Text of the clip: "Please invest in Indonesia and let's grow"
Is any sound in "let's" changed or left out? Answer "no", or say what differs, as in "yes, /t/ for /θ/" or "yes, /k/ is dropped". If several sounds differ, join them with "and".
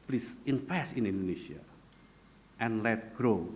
yes, /s/ is dropped